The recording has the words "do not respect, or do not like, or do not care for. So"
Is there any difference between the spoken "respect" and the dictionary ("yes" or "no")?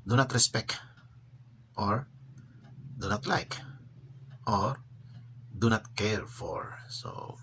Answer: no